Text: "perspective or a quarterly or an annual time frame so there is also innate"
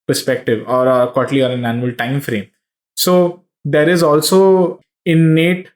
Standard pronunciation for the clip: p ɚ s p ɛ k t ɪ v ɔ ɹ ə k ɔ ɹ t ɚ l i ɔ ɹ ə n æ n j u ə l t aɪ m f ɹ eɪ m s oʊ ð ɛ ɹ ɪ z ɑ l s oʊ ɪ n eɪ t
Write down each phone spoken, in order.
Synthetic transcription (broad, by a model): p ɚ s p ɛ k t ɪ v ɔ ɹ ə k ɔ t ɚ l i ɔ ɹ ə n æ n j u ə l t aɪ m f ɹ eɪ m s oʊ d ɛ ɹ ɪ z ɑ l s oʊ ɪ n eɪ t